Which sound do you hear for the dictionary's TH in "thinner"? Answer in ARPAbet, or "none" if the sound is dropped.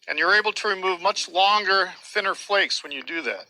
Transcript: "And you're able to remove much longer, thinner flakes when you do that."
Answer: TH